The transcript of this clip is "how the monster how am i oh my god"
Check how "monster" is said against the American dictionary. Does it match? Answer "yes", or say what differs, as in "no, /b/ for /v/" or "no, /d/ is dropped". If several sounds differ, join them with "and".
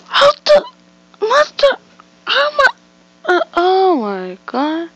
no, /n/ is dropped